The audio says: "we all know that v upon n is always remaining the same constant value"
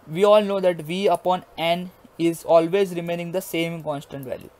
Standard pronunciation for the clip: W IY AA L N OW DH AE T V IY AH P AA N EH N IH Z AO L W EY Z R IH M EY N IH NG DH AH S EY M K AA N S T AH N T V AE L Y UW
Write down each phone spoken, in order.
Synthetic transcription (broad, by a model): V IY AA L N OW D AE T V IY AH P AA N EH N IH Z AO L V EY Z R IH M EY N IH NG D AH S EY M K AA N S T AH N T V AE L Y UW